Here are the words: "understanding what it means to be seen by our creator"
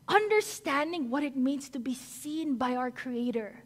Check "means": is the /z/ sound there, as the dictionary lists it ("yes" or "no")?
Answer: no